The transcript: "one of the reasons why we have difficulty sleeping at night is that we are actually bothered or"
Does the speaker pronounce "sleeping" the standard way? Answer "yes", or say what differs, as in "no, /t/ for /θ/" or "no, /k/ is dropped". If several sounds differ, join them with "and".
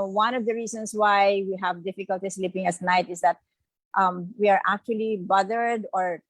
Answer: yes